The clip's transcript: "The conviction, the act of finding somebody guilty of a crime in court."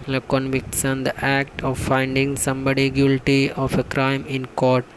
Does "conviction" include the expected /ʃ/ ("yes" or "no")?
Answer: no